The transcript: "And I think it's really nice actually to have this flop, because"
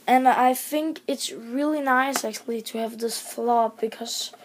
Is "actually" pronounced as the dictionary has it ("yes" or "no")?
yes